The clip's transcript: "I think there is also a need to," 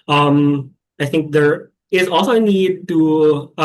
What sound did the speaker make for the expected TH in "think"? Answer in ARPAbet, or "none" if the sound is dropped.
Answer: TH